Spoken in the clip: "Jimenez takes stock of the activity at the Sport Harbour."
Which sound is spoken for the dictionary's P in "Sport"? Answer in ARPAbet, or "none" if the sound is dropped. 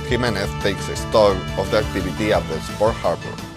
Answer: F